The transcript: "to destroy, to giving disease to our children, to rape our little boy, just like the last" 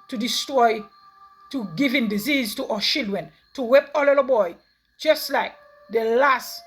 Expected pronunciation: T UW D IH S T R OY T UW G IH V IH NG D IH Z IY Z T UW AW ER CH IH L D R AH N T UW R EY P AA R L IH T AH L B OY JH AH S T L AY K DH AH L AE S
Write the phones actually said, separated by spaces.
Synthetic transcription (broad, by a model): T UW D IH S T R OY T UW G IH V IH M D IH Z IY Z T UW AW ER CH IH L D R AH N T UW W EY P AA L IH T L B OY JH AH S T L AY K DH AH L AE S